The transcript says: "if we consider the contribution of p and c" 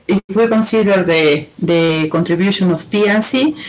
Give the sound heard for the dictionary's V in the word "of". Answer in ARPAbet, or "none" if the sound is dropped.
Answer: F